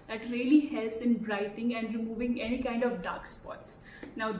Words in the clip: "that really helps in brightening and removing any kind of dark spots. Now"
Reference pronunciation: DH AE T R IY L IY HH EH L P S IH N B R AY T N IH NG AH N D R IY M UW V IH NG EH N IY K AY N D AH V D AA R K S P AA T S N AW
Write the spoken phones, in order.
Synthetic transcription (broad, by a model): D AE T R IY L IY HH EH L P S IH N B R AY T IH NG AH N D R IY M UW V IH NG EH N IY K AY N D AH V D AA R K S P AA T S N AW